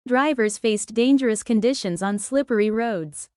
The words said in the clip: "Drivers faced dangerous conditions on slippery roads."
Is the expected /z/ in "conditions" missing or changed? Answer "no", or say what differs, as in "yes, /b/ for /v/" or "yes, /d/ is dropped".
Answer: no